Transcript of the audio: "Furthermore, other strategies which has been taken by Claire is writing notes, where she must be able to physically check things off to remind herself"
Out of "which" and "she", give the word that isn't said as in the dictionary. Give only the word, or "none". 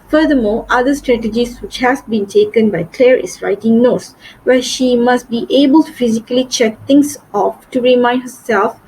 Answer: none